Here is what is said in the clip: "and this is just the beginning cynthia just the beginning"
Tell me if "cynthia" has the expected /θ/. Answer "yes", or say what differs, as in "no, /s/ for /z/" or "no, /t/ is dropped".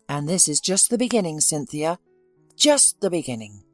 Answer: yes